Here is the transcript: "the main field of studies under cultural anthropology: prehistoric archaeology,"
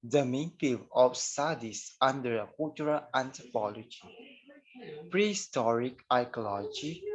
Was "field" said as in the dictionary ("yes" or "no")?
no